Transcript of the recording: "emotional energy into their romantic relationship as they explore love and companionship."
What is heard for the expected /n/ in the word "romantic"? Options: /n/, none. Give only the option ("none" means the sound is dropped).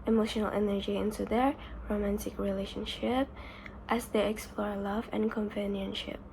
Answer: /n/